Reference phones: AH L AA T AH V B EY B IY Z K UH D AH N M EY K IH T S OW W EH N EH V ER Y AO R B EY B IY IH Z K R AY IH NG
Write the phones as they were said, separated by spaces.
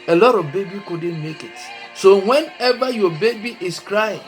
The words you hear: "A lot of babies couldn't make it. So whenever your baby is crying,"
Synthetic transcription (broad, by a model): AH L AA T AH V B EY B IY K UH D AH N M EY K IH T S OW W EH N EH V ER Y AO B EY B IY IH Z K R AY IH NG